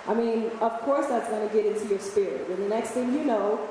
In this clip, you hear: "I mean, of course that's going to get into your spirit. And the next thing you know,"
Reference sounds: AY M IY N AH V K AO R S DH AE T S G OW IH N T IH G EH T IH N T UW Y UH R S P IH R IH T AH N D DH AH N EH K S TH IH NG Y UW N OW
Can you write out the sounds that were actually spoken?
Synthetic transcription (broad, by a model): AY M IY N AH V K AO R S DH AE T S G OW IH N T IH G EH T IH N T UW Y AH R S P IH R IH T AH N DH AH N EH K S TH IH NG Y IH N OW